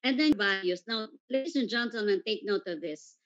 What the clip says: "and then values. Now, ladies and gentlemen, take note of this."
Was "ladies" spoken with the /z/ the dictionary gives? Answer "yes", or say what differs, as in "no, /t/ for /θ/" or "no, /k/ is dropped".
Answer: no, /s/ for /z/